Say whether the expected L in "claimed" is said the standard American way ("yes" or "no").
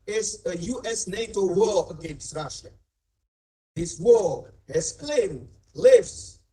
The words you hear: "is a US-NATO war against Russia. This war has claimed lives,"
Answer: yes